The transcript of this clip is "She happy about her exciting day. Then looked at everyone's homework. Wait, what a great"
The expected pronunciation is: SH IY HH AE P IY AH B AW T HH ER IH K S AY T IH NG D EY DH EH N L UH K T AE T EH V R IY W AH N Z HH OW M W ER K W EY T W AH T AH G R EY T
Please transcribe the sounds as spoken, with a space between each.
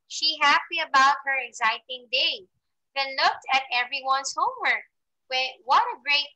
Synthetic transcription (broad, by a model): SH IY HH AE P IY AH B AW T HH ER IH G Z AY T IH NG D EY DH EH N L UH K T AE T EH V R IY W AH N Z HH OW M W ER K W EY W AH T AH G R EY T